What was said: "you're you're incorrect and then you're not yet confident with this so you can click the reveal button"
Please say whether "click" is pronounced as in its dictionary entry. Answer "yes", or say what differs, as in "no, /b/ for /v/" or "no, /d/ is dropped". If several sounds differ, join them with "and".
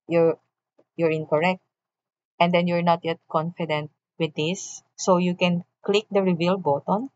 yes